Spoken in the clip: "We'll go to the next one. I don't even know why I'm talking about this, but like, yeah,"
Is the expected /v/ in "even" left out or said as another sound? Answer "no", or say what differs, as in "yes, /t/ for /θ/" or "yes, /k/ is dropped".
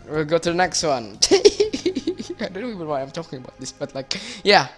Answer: yes, /v/ is dropped